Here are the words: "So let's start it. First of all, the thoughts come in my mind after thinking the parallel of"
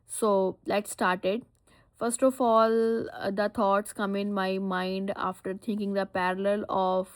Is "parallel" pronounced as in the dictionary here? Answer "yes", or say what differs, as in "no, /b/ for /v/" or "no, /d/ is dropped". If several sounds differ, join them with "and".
yes